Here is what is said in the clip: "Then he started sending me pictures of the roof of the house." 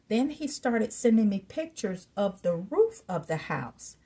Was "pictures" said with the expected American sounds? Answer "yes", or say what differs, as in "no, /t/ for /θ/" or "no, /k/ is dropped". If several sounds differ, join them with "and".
yes